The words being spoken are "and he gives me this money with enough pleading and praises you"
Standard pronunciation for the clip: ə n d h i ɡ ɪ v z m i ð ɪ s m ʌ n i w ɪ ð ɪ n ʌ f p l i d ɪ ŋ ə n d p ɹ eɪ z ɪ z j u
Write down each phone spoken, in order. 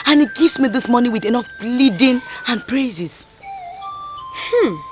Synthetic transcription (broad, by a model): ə n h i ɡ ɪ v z m i ð ɪ s m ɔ n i w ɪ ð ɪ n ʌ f b l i d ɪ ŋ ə n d p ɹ eɪ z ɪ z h